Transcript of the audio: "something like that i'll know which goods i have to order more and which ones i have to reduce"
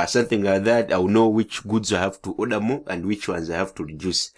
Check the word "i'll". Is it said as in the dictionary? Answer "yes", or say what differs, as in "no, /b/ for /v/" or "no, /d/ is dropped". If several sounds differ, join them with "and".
no, /w/ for /l/